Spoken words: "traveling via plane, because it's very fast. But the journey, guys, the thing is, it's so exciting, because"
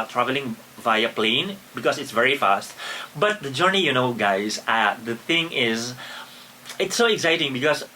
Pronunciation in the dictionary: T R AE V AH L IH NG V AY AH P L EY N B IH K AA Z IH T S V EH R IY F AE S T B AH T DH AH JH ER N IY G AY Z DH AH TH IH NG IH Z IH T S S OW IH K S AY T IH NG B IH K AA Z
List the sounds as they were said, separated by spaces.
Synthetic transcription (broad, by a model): T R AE V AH L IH NG V AY AH P L EY N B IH K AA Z IH T S V EH R IY F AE S T B AH T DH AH JH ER N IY G AY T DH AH TH IH NG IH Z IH T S S OW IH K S AY T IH NG B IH K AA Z